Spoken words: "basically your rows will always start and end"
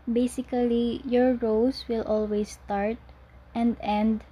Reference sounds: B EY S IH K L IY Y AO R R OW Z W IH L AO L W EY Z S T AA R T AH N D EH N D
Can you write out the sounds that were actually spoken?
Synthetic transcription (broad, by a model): B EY S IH K L IY Y AO R R OW S W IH L AO L W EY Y S T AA R T AH N D EH N D